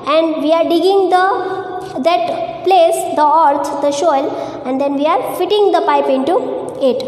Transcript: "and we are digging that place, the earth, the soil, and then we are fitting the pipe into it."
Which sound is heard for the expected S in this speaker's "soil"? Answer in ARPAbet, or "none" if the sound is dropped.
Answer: SH